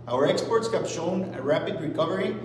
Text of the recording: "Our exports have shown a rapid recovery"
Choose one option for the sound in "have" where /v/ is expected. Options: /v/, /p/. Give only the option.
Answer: /p/